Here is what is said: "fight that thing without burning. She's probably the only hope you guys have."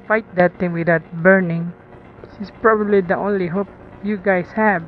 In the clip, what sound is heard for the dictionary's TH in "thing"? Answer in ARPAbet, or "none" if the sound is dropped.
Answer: T